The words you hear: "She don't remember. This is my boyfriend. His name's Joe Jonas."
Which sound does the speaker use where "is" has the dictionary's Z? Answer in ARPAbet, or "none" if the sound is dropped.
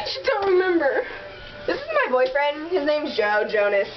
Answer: Z